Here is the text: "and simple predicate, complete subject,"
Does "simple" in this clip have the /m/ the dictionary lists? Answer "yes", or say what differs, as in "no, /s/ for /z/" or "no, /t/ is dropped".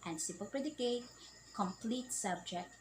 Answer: no, /m/ is dropped